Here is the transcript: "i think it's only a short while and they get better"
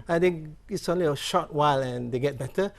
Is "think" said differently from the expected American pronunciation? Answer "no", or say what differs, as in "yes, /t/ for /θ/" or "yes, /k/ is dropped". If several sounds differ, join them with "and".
yes, /t/ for /θ/